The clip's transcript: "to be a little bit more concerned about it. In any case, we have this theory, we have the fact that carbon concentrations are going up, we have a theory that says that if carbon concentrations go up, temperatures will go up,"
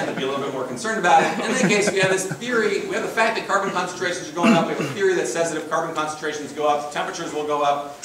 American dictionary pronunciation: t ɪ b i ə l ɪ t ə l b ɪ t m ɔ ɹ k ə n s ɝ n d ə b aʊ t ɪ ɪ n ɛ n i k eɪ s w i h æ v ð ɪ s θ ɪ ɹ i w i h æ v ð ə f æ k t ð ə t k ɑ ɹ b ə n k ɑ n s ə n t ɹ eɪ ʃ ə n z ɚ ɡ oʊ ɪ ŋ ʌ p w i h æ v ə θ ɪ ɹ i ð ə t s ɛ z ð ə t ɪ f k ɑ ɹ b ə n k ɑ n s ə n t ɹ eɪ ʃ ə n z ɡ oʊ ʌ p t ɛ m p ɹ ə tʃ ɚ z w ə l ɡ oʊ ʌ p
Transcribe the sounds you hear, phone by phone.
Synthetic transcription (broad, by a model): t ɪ b i ə l ɪ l b ɪ t m ɔ ɹ k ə n s ɝ n d ə b aʊ t ɪ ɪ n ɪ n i k eɪ s w i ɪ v ð ɪ s θ ɪ ɹ i w i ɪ v ð ə f æ k ð ə t k ɑ ɹ b ə n k ɑ n s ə n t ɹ eɪ ʃ n z ɚ ɡ oʊ ɪ ŋ ʌ p w i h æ v ə θ ɪ ɹ i ð ə t s ɛ z ð ə t ɪ f k ɑ ɹ b ə n k ɑ n s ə n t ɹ eɪ ʃ n z ɡ oʊ ʌ p t ɛ m p ɹ ə tʃ ɚ z w ə l ɡ oʊ ʌ p